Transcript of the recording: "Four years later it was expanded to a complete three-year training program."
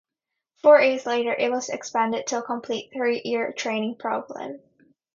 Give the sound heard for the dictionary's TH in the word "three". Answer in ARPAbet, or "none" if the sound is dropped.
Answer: TH